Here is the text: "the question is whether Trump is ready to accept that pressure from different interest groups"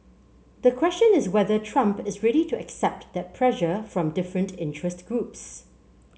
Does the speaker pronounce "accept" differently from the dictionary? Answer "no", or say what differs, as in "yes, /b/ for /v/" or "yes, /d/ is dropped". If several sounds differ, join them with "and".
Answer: no